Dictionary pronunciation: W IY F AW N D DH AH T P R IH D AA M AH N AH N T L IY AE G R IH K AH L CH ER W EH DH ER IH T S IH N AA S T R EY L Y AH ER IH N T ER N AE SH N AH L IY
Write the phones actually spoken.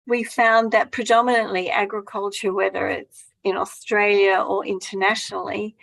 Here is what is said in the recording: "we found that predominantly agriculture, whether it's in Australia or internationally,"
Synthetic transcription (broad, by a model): W IY F AW N DH AH T P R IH D AA M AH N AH N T L IY AE G R IH K AH L CH ER W EH DH ER IH T S IH N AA S T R EY L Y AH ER IH N T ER N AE SH N L IY